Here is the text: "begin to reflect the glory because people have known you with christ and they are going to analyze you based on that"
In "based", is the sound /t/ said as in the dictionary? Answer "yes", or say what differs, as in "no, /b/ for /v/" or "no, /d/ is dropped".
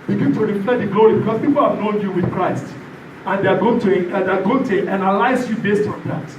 yes